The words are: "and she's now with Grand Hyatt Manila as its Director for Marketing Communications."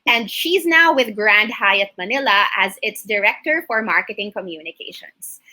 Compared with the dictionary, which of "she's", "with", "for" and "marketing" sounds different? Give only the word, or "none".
none